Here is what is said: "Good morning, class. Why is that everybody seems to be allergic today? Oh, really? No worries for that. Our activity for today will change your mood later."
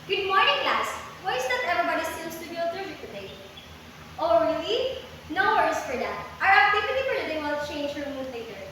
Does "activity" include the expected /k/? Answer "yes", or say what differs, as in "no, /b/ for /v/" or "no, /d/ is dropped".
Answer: no, /k/ is dropped